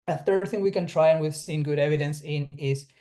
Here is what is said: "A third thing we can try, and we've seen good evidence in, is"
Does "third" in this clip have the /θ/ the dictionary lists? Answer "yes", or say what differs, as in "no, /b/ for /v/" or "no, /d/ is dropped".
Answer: yes